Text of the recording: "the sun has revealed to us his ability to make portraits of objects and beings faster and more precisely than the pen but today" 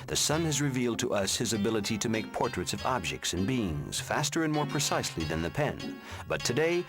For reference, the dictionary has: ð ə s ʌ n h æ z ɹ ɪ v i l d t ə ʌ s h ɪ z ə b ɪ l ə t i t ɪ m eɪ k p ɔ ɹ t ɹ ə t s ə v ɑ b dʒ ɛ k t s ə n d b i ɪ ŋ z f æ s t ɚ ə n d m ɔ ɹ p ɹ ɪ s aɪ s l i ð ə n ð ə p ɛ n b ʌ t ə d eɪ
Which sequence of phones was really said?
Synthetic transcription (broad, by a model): ð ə s ʌ n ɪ z ɹ ɪ v i l d t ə ʌ s h ɪ z ə b ɪ l ə t i t ɪ m eɪ k p ɔ ɹ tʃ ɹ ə t s ə v ɑ b dʒ ɛ k t s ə n b i ɪ ŋ z f æ s t ɚ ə n m ɔ ɹ p ɹ ɪ s aɪ s l i ð ə n ð ə p ɛ n b ʌ t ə d eɪ